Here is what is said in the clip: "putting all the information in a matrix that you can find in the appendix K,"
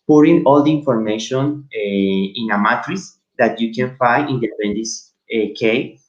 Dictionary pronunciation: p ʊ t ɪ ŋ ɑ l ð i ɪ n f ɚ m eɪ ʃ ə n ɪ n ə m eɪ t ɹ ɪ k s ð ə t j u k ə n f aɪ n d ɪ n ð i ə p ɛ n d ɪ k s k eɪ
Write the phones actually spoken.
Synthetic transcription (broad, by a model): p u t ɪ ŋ ɑ l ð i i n f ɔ m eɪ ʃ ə n ɪ n ə m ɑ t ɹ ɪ s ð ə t j u k ə n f aɪ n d ɪ n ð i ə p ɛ n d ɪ s k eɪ